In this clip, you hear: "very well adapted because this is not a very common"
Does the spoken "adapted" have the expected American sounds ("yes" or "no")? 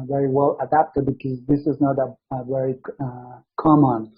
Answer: yes